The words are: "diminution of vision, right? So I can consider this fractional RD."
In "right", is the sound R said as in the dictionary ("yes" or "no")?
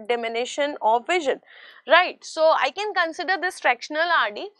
yes